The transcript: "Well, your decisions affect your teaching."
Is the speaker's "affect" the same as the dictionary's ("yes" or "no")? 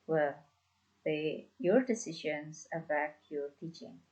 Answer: no